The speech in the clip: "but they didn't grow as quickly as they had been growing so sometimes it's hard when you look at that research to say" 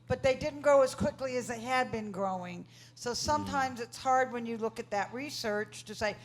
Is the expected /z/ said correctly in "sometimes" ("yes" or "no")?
yes